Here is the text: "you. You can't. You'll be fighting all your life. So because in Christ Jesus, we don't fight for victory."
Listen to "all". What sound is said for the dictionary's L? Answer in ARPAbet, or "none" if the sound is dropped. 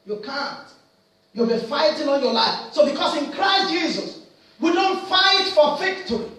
N